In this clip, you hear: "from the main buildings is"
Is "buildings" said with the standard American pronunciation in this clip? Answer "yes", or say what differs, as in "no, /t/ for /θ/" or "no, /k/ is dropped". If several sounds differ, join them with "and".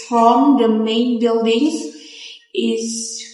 yes